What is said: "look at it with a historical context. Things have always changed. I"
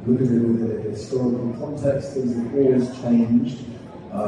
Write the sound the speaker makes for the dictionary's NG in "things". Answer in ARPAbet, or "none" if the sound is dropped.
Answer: none